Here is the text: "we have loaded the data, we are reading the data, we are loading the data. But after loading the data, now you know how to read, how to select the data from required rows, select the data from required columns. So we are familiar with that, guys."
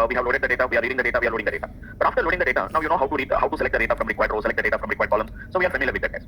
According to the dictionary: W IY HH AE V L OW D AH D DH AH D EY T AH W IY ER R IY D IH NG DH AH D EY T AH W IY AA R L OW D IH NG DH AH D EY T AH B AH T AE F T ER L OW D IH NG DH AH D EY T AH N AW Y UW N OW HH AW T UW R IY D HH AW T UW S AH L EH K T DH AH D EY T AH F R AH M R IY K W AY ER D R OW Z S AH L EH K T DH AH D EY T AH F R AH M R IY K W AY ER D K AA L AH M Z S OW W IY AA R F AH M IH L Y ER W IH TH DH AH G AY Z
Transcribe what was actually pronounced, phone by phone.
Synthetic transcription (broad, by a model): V IY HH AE V L OW D AH D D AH D EY T AH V IY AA R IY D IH NG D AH D EY T AH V IY AA R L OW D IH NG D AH D EY T AH B AH T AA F T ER L OW D IH NG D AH D EY T AH N AW Y UW N OW HH AW T UW R IY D HH AW T UW S AH L EH K T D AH D EY T AH F R AH M R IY K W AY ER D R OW S AH L EH K T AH D EY T AH F R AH M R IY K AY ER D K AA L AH M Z S OW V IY AA R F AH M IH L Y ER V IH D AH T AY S